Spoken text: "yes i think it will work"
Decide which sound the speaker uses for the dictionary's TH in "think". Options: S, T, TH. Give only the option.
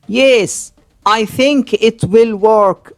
TH